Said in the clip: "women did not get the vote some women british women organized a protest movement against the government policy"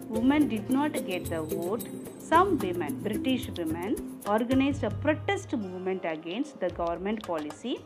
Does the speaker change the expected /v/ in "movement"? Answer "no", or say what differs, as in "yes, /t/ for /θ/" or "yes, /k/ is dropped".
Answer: no